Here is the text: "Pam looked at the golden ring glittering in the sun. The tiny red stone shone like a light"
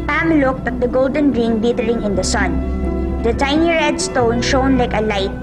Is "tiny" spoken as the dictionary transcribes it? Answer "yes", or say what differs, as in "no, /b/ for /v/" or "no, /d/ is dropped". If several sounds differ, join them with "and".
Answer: yes